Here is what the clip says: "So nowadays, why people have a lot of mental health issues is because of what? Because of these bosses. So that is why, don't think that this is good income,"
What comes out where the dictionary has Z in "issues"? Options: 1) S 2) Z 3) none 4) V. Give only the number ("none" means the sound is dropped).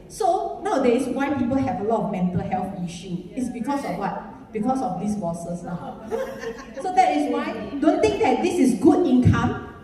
3